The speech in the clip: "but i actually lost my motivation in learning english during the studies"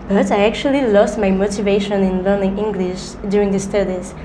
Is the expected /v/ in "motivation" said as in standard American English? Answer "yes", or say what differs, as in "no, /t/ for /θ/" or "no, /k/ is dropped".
yes